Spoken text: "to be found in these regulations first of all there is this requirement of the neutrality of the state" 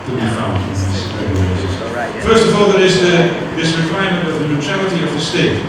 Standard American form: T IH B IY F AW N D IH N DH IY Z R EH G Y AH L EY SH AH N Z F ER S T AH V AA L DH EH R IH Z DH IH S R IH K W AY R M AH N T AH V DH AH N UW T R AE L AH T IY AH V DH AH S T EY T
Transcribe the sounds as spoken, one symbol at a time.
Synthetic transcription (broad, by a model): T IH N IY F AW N IH N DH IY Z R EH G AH IH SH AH Z F ER S T AH V AA L DH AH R IH Z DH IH S R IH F AY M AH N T AH V DH AH N UW T R AE L AH T IY AH V DH AH S T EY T